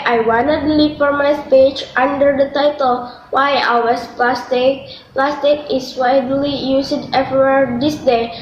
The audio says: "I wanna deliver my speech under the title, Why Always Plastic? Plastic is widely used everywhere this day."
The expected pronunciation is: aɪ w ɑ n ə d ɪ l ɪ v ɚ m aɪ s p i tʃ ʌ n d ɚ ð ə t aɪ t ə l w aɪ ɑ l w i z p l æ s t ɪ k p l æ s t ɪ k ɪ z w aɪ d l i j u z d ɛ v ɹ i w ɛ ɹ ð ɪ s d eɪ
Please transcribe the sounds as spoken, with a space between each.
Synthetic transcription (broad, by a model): aɪ w ɑ n ə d l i f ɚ m aɪ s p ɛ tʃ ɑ n d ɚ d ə t aɪ t ə l w aɪ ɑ w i s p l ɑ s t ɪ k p l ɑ s t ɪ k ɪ s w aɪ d l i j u s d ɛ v i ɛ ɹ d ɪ s d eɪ